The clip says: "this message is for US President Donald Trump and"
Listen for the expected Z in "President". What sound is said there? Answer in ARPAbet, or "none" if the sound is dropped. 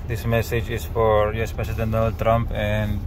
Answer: S